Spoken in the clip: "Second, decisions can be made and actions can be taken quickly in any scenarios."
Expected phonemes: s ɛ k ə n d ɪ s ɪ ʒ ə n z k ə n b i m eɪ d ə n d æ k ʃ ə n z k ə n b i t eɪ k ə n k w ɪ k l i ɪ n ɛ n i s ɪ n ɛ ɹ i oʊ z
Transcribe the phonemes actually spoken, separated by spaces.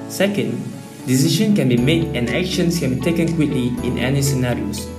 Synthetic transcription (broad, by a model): s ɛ k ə n d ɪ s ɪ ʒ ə n k ə n b i m eɪ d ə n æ k ʃ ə n s k ə n b i t eɪ k ə n k w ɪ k l i ɪ n ɛ n i s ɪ n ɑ ɹ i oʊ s